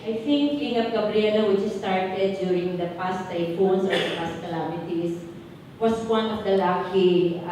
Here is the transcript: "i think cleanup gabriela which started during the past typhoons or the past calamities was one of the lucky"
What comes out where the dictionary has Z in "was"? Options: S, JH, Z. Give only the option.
S